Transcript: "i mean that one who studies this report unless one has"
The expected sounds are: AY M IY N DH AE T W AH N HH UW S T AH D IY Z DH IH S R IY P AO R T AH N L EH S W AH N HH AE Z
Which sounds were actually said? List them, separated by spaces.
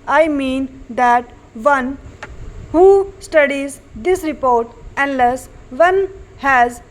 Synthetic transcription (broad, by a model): AY M IY N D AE T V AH N HH UW S T AH D IY Z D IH S R IY P AO R T AH N L EH S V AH N HH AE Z